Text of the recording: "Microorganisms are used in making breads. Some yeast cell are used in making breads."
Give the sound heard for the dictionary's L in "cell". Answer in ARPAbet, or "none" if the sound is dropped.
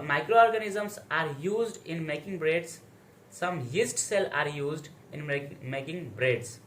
L